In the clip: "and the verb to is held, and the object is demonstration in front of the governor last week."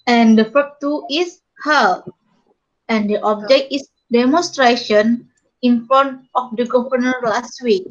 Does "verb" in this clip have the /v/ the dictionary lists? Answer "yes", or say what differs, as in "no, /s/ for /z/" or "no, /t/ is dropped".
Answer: no, /f/ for /v/